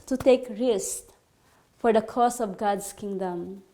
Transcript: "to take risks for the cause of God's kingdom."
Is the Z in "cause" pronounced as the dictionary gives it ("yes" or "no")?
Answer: no